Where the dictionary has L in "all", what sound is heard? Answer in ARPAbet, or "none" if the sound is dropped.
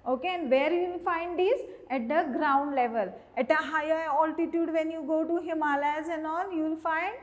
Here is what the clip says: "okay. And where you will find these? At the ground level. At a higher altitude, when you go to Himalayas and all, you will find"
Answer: N